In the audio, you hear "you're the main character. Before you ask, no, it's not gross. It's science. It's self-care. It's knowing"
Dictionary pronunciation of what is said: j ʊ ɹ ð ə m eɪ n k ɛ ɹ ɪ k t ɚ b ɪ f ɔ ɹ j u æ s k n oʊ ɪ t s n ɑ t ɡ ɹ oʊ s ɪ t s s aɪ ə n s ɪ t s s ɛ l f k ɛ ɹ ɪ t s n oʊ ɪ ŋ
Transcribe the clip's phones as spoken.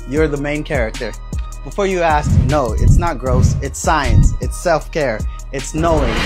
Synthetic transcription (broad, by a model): j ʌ ɹ ð ə m eɪ n k ɛ ɹ ɪ k t ɚ b ɪ f ɔ ɹ j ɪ æ s k n oʊ ɪ t s n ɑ t ɡ ɹ oʊ s ɪ t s s aɪ ə n s ɪ t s s ɛ l f k ɛ ɹ ɪ t s n oʊ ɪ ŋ